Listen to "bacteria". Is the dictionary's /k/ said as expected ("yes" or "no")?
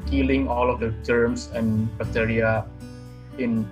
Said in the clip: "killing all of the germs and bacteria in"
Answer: no